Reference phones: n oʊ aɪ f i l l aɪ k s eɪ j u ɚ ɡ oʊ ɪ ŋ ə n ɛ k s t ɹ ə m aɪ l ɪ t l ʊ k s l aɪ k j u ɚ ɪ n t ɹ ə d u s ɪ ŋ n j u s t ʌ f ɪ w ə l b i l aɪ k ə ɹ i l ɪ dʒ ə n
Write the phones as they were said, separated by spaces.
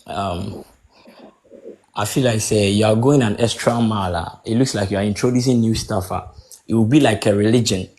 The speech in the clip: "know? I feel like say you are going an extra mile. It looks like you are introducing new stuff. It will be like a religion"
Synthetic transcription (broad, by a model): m aɪ f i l l aɪ k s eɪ j u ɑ ɡ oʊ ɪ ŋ ə n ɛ s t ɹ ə m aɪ l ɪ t l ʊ k s l aɪ k j u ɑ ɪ n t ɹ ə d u s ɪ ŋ n j u s t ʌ f ɪ w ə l b i l aɪ k ə ɹ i l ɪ dʒ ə n